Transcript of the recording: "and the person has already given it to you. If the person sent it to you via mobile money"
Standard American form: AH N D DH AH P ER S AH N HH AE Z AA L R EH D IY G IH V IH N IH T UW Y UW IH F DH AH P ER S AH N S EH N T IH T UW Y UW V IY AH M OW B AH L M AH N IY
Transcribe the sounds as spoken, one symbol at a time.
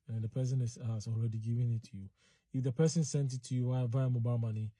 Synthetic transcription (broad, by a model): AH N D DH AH P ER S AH N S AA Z AA L R EH D IY G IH V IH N IH T UW Y UW IH F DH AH P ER S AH N S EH N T IH T UW Y UW W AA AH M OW B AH M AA N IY